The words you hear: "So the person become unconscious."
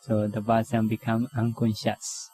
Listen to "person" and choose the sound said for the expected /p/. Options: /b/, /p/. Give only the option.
/b/